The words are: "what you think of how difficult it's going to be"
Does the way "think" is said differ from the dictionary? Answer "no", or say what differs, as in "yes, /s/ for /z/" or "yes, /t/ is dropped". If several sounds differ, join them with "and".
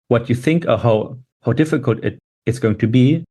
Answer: no